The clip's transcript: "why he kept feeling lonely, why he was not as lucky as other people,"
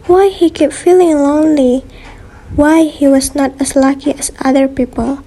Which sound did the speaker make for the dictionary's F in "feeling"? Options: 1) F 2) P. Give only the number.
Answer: 1